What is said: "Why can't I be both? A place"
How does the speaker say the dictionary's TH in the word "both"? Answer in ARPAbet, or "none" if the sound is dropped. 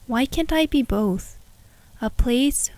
TH